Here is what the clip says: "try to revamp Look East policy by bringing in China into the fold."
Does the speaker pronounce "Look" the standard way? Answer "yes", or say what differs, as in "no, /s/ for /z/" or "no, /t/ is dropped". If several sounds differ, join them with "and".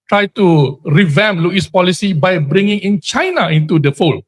no, /k/ is dropped